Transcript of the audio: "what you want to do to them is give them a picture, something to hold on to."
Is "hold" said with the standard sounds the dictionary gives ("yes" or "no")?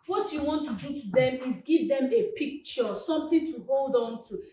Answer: yes